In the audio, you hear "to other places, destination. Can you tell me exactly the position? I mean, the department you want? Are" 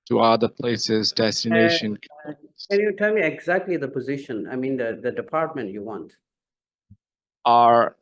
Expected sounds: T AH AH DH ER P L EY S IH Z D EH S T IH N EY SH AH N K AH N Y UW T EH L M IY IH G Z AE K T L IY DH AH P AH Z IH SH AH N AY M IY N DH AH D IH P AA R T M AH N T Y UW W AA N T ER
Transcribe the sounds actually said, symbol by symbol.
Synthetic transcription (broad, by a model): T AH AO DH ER P L EY S IH Z D EH S T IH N EY SH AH N K AH N Y UW T EH L M IY IH G Z AE K T L IY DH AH P AH Z IH SH AH N AY M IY N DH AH D IH P AA R T M AH N T Y UW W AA N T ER